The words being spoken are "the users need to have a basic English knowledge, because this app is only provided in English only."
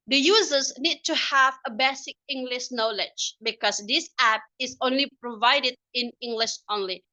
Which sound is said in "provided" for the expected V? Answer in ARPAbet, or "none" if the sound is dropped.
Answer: V